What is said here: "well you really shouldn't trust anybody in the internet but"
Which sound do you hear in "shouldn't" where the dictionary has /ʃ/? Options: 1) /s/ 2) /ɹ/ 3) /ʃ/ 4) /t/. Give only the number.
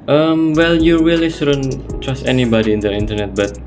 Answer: 1